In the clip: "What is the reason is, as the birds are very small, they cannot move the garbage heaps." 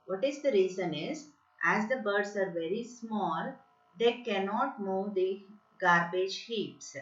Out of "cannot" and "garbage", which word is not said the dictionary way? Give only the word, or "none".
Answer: none